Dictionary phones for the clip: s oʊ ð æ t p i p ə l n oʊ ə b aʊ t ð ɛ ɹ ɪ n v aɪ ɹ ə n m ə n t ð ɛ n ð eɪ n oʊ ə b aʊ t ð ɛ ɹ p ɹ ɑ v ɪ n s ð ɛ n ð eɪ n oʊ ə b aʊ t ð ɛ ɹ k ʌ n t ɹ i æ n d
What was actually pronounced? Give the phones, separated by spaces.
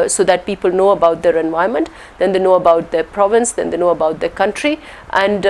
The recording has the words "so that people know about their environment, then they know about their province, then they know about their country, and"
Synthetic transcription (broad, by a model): s oʊ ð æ t p i p ə l n oʊ ə b aʊ t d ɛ ɹ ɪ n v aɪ ə m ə n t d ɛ n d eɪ n oʊ ə b aʊ t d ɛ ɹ p ɹ ɑ v ɪ n s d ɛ n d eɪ n oʊ ə b aʊ t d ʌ k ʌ n t ɹ i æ n d